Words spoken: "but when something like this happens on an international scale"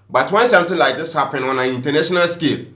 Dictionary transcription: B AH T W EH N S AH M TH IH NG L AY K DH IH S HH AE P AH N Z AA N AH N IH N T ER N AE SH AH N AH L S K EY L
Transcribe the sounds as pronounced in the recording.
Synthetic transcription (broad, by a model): B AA T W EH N S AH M T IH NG L AY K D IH S HH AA P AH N AA N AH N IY N T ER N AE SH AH N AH L S K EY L